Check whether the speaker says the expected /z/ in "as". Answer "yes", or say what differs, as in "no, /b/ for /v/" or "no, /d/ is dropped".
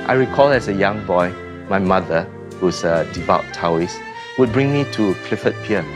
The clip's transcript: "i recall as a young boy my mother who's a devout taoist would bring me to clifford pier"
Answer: no, /s/ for /z/